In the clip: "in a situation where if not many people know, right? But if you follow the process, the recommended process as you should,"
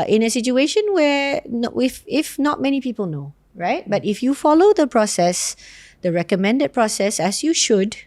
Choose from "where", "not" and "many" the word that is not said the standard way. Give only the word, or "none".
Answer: where